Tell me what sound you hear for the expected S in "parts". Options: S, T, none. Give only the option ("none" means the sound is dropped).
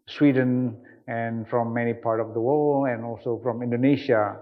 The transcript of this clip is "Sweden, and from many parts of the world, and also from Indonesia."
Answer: none